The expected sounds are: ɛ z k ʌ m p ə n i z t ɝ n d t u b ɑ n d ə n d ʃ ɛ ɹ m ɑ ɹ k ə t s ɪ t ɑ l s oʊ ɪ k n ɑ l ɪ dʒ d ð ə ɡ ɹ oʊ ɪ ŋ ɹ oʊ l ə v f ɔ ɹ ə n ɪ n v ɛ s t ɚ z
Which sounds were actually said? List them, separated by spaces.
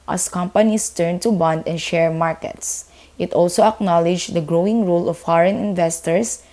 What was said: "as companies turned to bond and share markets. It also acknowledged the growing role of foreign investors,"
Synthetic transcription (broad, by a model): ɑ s k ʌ m p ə n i s t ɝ n t u b ɑ n d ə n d ʃ ɛ ɹ m ɑ ɹ k ə t s ɪ t ɑ l s oʊ ɪ k n ɑ l ɪ dʒ d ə ɡ ɹ oʊ ɪ ŋ ɹ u l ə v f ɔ ɹ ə n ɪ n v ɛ s t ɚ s